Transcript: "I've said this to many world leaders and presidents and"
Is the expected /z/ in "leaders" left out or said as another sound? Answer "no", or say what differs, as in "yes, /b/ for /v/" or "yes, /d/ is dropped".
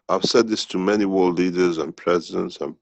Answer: no